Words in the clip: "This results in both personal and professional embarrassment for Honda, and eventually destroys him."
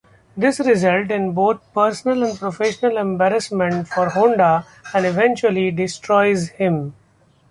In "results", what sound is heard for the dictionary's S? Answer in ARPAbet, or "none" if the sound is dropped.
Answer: none